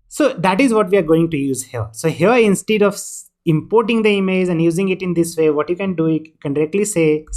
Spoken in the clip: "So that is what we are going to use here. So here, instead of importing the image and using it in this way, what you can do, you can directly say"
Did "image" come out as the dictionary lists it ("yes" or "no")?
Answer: no